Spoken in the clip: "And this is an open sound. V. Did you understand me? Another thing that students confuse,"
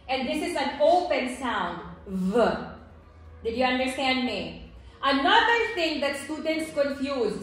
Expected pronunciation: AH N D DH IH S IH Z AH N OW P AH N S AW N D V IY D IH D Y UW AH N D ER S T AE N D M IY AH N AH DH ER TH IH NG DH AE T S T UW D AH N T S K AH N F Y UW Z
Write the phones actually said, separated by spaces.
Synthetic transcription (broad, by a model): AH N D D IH S IH Z AH N OW P AH N S AW N D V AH D IH D Y UW AH N D ER S T AE N D M IY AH N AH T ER T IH NG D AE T S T UW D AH N T S K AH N F Y UW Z